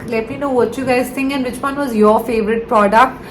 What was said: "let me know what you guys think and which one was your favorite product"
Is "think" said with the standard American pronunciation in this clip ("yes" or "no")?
no